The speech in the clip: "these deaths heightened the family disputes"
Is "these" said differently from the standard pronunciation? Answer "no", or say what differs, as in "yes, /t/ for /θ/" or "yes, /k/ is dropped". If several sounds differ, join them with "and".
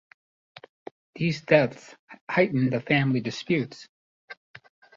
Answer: no